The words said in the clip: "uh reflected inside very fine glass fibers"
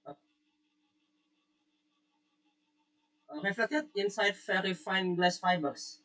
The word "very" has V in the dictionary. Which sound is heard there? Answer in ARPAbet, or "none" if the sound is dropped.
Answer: F